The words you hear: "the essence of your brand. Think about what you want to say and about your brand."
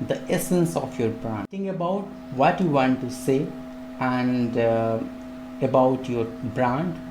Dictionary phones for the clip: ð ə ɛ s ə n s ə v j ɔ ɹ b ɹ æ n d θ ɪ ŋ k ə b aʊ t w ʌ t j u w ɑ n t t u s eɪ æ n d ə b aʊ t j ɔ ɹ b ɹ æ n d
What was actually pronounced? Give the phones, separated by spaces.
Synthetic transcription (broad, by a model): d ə ɛ s ə n s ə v j ɔ ɹ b ɹ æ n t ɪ ŋ ə b aʊ t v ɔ t j u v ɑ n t t u s eɪ æ n d ə b aʊ t j ɔ ɹ b ɹ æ n d